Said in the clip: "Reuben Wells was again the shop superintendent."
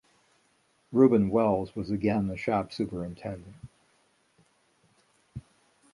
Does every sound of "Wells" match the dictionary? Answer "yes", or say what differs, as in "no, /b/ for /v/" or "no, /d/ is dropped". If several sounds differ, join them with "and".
yes